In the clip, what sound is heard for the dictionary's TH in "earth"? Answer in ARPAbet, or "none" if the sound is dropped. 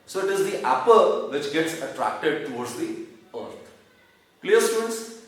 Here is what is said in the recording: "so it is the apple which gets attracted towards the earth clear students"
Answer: T